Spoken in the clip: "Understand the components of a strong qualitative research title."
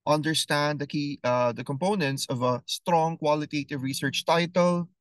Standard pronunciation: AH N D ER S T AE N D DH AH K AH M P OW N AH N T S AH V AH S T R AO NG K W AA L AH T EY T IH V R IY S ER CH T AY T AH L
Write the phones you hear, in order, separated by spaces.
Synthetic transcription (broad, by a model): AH N D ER S T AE N D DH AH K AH M P OW N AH N T S AH V AH S T R AO NG K W AA L AH T EY T IH V R IY S ER CH T AY T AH L